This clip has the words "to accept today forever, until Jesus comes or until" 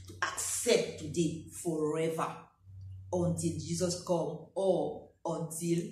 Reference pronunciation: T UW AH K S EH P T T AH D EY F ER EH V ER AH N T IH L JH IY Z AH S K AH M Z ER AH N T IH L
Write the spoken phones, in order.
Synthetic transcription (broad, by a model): T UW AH K S EH P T T AH D EY F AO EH V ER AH N T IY L JH IY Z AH S K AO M AO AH N T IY L